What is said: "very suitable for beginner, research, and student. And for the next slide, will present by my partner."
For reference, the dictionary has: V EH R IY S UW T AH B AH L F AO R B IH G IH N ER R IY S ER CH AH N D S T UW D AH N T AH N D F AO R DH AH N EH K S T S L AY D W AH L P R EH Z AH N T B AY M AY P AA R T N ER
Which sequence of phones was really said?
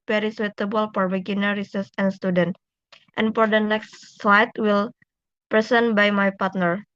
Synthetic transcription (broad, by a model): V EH R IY S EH T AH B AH L F AO R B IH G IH N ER R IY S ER S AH N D S T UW D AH N T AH N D F AO R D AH N EH K S T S L AY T W AH L P R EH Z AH N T B AY M AY P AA R T N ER